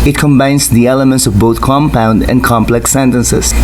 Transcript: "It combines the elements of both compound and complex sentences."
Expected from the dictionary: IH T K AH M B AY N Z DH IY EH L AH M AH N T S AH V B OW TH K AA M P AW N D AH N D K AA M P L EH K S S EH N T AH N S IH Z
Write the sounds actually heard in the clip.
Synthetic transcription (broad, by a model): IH T K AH M B AY N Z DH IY EH L AH M AH N T S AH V B OW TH K AA M P AW N D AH N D K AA M P L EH K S S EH N T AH N S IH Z